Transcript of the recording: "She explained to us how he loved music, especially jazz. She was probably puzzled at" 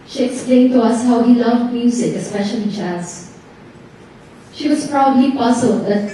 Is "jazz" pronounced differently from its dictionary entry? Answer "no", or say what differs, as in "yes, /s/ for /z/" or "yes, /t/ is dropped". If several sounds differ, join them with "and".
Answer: yes, /tʃ/ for /dʒ/